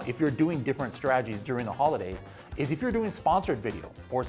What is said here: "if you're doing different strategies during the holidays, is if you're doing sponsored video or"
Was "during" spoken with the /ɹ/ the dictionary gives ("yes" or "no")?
yes